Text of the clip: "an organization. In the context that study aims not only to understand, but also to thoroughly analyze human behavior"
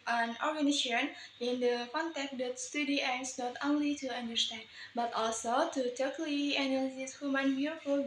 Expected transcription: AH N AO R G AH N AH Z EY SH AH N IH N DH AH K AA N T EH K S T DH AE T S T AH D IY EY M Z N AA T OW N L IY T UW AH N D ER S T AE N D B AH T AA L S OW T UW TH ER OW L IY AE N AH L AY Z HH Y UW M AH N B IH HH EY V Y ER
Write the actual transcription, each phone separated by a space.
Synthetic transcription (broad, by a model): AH N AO R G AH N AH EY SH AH N IH N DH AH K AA N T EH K T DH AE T S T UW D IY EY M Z N AA T OW N L IY T UW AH N D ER S T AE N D B AH T AA L S OW T UW T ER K L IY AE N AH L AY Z HH Y UW M AH N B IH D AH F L